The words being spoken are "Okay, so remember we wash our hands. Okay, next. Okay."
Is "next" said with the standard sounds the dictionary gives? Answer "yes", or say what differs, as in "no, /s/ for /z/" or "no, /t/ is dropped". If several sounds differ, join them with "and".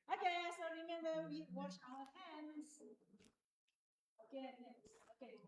no, /k/ is dropped